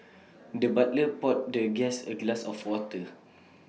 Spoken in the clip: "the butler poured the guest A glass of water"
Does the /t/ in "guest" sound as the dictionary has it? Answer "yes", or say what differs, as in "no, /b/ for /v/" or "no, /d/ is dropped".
no, /t/ is dropped